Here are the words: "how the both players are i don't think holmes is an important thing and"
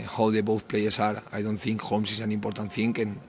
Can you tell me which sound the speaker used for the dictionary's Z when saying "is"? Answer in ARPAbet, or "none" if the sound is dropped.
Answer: S